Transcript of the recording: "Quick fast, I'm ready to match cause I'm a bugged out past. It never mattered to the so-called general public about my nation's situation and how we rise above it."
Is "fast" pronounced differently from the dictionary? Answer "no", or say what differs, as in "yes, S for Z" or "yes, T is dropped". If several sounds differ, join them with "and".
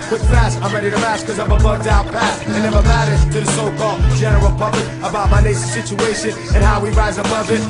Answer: yes, T is dropped